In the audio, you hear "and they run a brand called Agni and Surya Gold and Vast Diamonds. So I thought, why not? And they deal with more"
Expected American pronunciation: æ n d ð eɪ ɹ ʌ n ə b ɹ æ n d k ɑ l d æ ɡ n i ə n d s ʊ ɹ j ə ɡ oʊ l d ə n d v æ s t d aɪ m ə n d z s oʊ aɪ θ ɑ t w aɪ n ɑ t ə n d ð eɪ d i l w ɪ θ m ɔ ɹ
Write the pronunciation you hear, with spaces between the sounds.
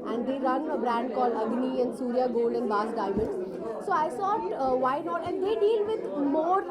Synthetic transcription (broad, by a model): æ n d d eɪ ɹ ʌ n ə b ɹ æ n d k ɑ l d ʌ ɡ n i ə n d s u ɹ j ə ɡ oʊ l d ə n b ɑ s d aɪ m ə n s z s oʊ aɪ s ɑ t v aɪ n ɑ t ə n d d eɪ d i l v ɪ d m ɔ ɹ